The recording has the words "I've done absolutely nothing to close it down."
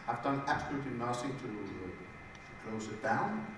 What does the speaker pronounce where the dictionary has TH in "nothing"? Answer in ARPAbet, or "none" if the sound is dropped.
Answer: S